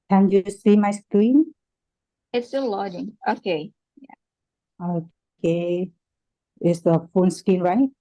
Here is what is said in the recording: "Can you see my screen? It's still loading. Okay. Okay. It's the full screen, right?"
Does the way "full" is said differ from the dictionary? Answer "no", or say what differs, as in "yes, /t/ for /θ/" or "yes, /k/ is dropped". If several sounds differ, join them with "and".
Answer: yes, /n/ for /l/